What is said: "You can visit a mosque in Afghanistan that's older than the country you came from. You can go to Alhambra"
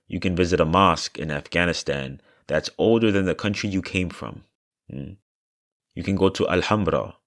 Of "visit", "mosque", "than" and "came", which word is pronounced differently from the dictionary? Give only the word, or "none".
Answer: none